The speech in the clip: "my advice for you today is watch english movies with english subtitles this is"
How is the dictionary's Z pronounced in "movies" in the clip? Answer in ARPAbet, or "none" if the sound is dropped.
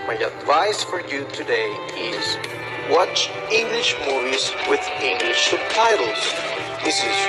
Z